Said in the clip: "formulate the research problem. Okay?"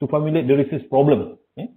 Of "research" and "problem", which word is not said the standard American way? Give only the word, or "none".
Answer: research